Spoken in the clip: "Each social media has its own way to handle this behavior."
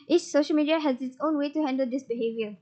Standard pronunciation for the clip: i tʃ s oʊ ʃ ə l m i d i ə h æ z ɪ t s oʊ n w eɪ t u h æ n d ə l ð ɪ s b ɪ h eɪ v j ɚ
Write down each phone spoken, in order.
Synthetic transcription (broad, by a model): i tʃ s oʊ ʃ ə l m i d i ə h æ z ɪ t s oʊ n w eɪ t u h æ n d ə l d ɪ s b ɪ h eɪ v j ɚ